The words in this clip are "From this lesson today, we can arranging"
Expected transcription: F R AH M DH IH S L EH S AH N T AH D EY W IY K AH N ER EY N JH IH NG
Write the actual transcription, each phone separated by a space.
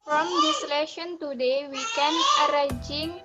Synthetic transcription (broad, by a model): F R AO M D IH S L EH SH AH N T AH D EY W IY K AH N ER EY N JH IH NG